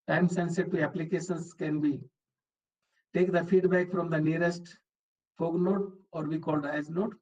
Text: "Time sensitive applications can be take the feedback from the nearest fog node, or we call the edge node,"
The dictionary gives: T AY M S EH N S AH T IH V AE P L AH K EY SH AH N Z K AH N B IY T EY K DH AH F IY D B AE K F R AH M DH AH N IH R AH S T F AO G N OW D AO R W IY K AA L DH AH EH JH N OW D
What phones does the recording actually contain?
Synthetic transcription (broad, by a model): T AY M S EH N S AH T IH AE P L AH K EY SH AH N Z K AH N B IY T EY K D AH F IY D B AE K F R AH M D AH N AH R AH S T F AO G N OW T AO R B IY K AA L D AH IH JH N OW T